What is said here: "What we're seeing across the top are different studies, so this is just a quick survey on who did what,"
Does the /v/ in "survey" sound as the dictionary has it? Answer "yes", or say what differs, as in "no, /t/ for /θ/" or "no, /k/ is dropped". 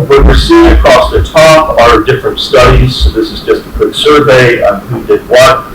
yes